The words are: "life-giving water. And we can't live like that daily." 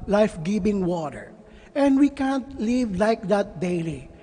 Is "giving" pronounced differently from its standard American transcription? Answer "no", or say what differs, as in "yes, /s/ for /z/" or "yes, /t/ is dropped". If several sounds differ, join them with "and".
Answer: yes, /b/ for /v/